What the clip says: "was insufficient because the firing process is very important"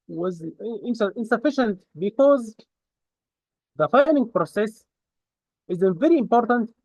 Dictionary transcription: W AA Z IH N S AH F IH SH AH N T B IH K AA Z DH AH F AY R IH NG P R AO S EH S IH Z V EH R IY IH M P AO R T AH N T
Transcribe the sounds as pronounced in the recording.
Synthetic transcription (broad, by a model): W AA Z IH N S AH F IH SH AH N T B IH K AA Z DH AH F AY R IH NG P R AO S EH S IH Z V EH R IY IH M P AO R T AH N T